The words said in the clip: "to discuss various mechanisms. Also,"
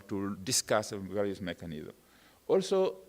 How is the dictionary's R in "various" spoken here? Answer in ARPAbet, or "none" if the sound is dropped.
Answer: L